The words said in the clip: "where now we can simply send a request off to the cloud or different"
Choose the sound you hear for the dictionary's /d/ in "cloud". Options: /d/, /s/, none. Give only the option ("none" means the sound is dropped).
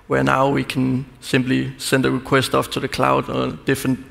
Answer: /d/